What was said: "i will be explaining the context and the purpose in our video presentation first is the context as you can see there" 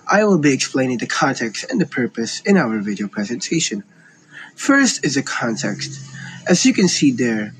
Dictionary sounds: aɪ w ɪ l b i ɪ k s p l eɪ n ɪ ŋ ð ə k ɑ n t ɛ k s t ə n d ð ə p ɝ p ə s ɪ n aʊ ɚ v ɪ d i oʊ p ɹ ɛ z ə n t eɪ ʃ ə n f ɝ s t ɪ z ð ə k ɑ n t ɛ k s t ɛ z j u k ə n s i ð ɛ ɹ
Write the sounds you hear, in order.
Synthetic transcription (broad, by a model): aɪ w ɪ l b i ɪ k s p l eɪ n ɪ ŋ ð ə k ɑ n t ɛ k s t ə n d ð ə p ɝ p ə s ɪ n aʊ ɚ v ɪ d i oʊ p ɹ ɛ z ə n t eɪ ʃ ə n f ɝ s t ɪ z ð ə k ɑ n t ɛ k s t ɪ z j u k ə n s i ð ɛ ɹ